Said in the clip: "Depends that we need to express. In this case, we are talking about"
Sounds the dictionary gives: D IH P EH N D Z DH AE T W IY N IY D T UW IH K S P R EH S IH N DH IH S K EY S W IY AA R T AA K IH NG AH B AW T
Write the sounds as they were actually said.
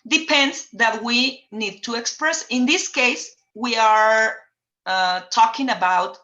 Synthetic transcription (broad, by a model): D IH P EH N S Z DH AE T W IY N IY D T UW IH K S P R EH S IH N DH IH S K EY S W IY AA R T AA K IH NG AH B AW T